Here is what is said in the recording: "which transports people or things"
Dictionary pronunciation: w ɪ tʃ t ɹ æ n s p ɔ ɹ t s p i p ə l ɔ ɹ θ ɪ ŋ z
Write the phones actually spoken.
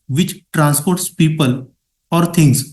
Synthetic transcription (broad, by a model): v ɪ tʃ t ɹ æ n s p ɔ ɹ t s p i p ə l ɔ ɹ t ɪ ŋ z